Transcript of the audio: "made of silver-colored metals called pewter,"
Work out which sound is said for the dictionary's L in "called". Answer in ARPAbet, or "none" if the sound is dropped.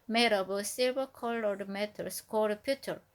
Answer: none